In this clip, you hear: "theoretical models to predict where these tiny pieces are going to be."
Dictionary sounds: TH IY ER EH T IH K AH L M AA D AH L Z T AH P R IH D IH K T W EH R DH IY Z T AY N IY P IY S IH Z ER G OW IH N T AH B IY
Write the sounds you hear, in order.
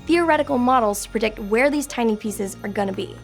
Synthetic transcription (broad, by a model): TH IY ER EH T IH K L M AA D L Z T AH P R IH D IH K T W EH R DH IY Z T AY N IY P IY S IH Z ER G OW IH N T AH B IY